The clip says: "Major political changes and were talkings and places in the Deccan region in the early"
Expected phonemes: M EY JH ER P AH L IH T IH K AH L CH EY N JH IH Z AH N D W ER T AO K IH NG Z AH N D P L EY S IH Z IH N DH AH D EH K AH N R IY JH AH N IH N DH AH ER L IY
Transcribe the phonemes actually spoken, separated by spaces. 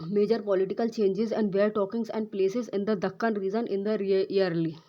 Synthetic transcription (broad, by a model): M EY JH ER P AH L IH T IH K AH L CH EY N JH IH Z AH N D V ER T AO K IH NG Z AH N D P L EY S IH Z IH N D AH D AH K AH N R IY Z AH N IH N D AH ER L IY